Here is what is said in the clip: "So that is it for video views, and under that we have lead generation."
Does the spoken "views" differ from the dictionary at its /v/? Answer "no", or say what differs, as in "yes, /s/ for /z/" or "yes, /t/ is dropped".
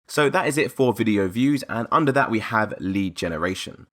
no